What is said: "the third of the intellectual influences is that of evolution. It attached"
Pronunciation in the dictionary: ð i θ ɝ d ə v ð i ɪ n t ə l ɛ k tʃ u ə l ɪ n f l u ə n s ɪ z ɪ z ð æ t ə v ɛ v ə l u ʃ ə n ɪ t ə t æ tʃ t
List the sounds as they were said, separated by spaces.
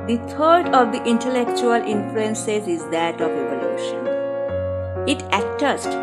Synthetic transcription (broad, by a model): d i t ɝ d ə v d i ɪ n t ə l ɛ k tʃ u ə l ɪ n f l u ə n s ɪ s ɪ z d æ t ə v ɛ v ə l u ʃ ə n ɪ t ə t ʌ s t